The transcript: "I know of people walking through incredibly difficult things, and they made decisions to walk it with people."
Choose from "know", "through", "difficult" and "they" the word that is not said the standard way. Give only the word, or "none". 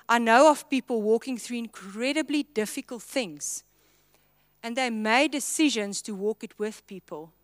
none